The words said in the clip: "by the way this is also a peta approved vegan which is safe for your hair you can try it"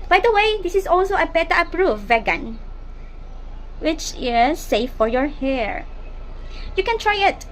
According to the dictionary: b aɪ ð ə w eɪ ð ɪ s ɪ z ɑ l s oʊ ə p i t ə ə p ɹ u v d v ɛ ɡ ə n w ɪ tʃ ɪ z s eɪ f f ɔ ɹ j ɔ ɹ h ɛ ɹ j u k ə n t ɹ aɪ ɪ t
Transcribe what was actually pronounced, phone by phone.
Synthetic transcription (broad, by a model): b aɪ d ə w eɪ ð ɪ s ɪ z ɑ l s oʊ ə b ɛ t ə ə p ɹ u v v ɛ ɡ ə n w ɪ tʃ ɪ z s eɪ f f ɔ ɹ j ɔ ɹ h ɛ ɹ j u k ə n t ɹ aɪ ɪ t